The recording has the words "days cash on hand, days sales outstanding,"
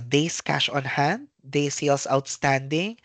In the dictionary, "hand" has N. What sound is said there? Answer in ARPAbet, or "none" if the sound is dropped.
N